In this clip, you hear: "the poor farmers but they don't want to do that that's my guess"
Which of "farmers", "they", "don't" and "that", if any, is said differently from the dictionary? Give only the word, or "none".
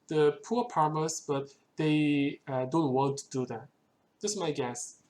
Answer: farmers